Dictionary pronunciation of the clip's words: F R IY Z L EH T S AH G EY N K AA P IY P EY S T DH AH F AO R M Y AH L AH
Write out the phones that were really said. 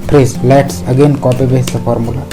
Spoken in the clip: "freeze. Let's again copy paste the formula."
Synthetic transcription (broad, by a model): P R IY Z L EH T S AH G EY N K AA P IY B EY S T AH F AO R M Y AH L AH